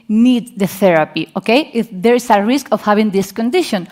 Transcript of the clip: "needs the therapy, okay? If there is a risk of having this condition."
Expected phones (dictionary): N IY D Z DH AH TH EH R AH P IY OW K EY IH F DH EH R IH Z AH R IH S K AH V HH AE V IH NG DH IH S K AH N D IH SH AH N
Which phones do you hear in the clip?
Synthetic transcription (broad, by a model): N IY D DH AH TH EH R AH P IY OW K EY IH F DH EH R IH S AH R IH S K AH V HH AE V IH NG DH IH S K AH N D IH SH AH N